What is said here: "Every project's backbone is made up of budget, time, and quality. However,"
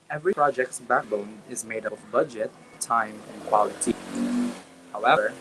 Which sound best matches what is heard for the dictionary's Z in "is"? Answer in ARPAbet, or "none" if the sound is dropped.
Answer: Z